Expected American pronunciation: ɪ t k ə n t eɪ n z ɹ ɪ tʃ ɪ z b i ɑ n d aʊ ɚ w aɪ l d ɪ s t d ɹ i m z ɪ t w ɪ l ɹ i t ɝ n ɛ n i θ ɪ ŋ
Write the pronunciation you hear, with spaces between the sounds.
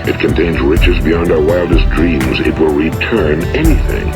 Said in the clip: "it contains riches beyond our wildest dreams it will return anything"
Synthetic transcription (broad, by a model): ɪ t k ə n t eɪ n z ɹ ɪ tʃ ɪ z b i ɑ n d aʊ ɚ w aɪ l d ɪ s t d ɹ i m z ɪ t w ɪ l ɹ i t ɝ n ɛ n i θ ɪ ŋ